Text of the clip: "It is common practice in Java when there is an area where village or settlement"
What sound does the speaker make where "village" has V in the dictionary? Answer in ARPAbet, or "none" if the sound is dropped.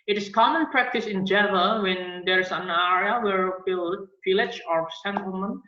F